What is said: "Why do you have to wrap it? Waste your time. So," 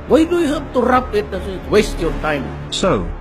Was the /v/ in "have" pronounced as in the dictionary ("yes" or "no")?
no